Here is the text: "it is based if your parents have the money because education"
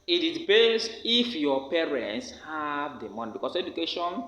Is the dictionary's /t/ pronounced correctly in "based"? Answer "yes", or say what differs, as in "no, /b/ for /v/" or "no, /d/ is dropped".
no, /t/ is dropped